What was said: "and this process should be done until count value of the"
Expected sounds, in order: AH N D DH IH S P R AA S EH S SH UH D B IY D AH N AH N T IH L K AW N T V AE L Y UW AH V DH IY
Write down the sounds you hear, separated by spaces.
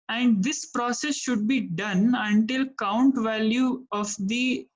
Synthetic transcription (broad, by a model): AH N D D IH S P R AA S EH S SH UH D B IY D AH N AH N T IH L K AW N T V AE L Y UW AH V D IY